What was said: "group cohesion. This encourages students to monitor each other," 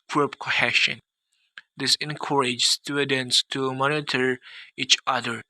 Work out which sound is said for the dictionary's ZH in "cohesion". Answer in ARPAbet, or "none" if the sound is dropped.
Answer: SH